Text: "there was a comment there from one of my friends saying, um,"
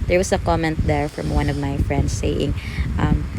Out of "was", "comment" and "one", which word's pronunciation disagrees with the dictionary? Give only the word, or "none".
was